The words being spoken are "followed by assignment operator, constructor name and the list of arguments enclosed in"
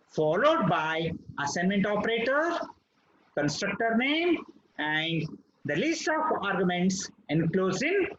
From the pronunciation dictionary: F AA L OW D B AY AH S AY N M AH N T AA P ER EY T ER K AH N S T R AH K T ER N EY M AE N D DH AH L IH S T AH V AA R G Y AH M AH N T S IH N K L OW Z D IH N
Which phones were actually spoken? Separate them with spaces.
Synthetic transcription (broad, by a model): F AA L OW D B AY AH S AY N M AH N T AA P ER EY T ER K AH N S T R AH K T ER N EY M AE N D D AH L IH S T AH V AA R G Y AH M AH N T S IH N K L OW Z IH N